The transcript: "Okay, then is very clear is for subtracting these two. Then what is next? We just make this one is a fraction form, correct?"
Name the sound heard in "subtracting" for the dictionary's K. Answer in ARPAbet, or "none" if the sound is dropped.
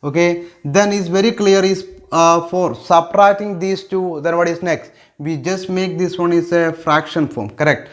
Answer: none